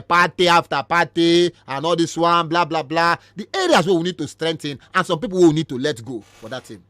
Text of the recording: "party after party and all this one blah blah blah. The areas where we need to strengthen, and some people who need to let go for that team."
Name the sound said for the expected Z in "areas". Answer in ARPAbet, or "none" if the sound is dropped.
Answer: S